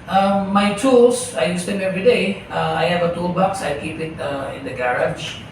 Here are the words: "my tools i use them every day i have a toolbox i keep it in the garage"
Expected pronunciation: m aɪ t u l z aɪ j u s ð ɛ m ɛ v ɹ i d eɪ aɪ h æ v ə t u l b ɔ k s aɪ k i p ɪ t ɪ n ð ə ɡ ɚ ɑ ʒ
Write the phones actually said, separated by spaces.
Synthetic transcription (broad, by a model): m aɪ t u l s aɪ j u s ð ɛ m ɛ v ɹ i d eɪ aɪ h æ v ə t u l b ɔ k s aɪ k i p ɪ t ɪ n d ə ɡ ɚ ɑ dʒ